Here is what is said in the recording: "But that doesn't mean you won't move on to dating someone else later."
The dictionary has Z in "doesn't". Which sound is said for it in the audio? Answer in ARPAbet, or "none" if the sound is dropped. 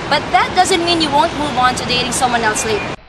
Z